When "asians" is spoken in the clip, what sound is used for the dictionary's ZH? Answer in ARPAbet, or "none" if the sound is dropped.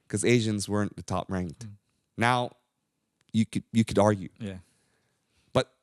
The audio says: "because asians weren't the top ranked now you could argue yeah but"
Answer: ZH